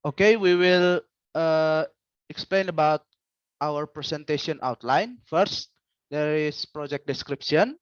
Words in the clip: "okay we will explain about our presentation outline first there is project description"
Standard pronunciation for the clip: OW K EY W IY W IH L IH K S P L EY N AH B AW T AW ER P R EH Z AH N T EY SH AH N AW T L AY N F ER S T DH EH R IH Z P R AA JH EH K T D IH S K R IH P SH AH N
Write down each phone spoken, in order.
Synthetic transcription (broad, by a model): OW K EY W IY W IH L IH K S P L EY N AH B AW T AW ER P R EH S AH N T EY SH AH N AW T L AY N F ER S T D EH R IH S P R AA JH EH K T D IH S K R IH P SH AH N